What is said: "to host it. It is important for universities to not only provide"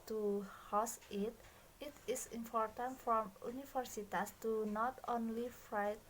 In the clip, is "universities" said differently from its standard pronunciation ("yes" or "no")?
yes